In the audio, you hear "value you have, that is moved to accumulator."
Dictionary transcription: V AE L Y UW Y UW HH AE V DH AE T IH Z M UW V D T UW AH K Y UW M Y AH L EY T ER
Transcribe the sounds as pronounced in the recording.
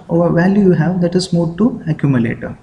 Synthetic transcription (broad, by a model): V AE L Y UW Y UW HH AE V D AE T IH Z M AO D T UW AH K Y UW M Y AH L EY T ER